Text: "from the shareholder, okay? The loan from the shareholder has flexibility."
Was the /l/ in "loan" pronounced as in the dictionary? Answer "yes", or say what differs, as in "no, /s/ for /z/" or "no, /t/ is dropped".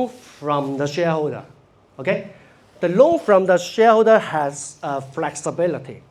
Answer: yes